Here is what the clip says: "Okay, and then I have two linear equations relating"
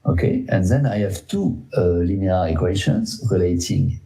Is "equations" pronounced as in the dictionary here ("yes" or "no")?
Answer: no